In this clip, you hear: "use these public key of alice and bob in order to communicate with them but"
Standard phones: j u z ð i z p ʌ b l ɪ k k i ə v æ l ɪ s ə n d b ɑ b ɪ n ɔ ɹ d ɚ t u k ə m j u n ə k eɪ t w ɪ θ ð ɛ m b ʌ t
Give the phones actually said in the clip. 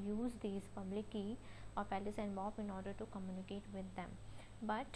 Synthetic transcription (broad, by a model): j u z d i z p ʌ b l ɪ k k i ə p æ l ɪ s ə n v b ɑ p ɪ n ɔ ɹ d ɚ t u k ə m j u n ə k eɪ t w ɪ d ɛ m b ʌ t